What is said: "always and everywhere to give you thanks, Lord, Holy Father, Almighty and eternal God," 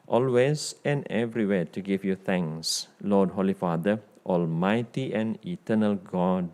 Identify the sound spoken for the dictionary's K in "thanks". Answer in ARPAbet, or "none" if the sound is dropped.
none